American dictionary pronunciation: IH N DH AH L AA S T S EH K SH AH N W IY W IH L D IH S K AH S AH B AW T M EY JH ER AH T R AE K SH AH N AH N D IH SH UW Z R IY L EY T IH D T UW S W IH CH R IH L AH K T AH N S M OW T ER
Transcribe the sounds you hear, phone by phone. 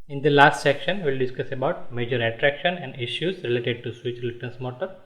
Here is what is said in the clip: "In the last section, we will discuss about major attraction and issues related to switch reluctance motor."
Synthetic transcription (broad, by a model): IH N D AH L AA S T S EH K SH AH N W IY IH L D IH S K AH S AH B AW T M EY JH ER AH T R AE K SH AH N AH N D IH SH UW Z R IY L EY T IH D T UW S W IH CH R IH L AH T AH N S M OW T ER